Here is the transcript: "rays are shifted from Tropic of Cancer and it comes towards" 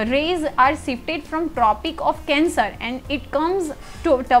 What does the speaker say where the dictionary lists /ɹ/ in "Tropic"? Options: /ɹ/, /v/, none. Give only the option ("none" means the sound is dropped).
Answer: /ɹ/